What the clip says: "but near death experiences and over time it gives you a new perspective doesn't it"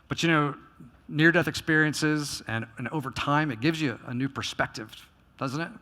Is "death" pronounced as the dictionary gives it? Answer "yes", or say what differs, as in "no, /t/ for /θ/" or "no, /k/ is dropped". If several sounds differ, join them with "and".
yes